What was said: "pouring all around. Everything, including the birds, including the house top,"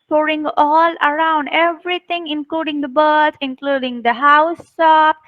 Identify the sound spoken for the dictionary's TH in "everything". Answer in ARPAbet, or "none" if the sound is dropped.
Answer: T